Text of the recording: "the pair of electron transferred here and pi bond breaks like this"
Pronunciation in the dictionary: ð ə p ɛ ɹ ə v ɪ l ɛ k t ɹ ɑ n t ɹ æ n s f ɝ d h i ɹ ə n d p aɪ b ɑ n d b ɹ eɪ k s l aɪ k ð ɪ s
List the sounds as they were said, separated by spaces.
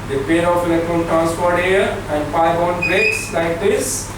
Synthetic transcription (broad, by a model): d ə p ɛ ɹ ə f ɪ l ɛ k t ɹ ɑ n t ɹ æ n s p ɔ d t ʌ ɹ ə n d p aɪ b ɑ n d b ɹ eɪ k s l aɪ k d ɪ s